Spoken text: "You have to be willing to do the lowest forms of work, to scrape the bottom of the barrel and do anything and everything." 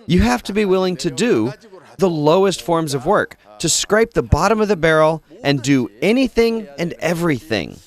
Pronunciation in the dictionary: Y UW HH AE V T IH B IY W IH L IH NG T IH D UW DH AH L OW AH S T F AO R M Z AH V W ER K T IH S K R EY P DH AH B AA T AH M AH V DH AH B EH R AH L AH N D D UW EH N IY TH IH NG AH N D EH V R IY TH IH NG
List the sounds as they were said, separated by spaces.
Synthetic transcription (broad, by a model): Y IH HH AE F T IH B IY W IH L IH NG T IH D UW DH AH L OW AH S T F AO R M Z AH V W ER K T IH S K R EY P DH AH B AA T AH M AH V DH AH B EH R L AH N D D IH EH N IY TH IH NG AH N EH V R IY TH IH NG